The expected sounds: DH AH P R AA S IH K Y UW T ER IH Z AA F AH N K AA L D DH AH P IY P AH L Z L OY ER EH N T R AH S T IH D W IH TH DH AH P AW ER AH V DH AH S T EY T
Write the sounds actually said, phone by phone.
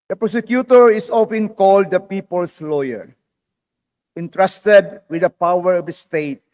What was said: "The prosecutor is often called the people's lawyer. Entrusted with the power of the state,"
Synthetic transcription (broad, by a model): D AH P R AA S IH K Y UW T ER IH S AA F AH N K AA L D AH P IY P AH L S L OY ER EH N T R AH S T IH D W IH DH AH P AW ER AH V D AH S T EY T